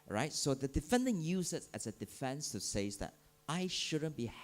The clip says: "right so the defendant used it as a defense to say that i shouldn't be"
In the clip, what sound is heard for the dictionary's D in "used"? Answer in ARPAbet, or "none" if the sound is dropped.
none